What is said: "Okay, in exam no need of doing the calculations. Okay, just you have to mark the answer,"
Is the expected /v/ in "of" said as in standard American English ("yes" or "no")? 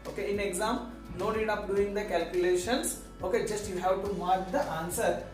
no